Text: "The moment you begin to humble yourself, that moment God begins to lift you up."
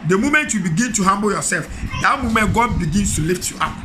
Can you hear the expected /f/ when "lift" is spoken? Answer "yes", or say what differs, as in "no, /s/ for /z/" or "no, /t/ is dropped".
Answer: yes